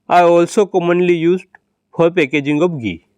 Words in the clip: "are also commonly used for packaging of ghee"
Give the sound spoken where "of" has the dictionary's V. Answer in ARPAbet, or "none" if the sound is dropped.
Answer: B